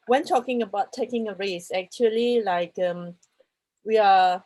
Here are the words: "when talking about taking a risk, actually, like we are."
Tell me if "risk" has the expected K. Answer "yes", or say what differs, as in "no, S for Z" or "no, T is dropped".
no, K is dropped